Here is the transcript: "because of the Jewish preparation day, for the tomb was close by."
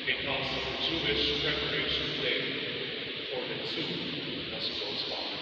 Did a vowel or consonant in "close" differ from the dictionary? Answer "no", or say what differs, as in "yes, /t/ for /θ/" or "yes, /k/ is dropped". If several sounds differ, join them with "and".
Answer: yes, /l/ is dropped